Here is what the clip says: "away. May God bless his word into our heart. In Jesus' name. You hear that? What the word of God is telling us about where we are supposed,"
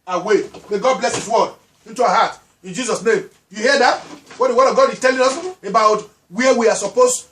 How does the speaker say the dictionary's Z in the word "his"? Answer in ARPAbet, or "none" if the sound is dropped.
S